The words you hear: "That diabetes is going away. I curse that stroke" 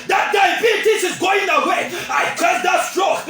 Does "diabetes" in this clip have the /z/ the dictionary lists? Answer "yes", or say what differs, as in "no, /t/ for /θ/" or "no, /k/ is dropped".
no, /s/ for /z/